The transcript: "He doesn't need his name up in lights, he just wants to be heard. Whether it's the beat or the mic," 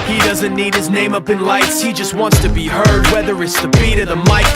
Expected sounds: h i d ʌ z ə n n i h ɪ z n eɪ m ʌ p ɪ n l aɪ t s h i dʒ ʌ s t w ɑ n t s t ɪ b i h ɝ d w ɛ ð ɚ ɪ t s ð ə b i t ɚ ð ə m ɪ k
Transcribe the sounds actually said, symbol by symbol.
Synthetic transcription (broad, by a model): h i d ʌ z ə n n i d ɪ z n eɪ m ʌ p ɪ n l aɪ t s h i dʒ ʌ s t w ɑ n t s t ɪ b i h ɝ d w ɛ ð ɚ ɪ t s ð ə b i t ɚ ð ə m ɪ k